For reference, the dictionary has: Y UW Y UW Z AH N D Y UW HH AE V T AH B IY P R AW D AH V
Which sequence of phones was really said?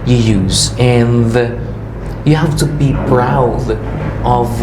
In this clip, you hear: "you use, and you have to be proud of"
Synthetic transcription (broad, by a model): Y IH Y UW Z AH N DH Y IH HH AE F T AH B IY B R AW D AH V